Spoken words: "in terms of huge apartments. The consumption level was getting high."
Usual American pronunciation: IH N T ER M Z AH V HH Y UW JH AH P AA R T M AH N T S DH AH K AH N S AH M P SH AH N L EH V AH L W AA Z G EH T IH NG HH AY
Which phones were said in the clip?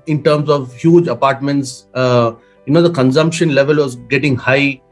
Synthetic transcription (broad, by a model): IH N T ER M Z AH V HH Y UW JH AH P AA R T M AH N T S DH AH K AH N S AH M P SH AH N L EH V AH L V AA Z G EH T IH NG HH AY